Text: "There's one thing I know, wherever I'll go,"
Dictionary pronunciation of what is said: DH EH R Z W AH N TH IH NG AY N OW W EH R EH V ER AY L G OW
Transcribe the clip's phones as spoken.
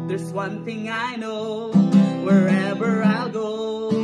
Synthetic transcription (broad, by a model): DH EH R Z W AH N TH IH NG AY N OW W EH R EH V ER AY L G OW